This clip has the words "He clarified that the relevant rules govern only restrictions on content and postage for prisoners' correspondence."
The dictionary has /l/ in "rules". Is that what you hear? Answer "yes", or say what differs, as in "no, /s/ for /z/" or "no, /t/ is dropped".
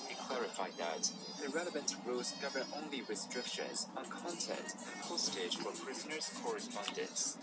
no, /l/ is dropped